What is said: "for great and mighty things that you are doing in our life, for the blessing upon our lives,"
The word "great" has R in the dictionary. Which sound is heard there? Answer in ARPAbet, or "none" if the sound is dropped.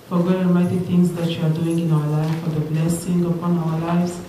none